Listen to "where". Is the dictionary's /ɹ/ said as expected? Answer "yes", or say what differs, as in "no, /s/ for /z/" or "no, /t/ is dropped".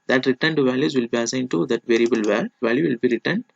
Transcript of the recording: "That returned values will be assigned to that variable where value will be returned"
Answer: no, /l/ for /ɹ/